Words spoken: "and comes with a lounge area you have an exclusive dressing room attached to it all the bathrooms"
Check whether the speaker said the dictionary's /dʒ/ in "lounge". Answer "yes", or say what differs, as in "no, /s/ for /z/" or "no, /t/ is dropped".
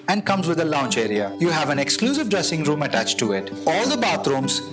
no, /tʃ/ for /dʒ/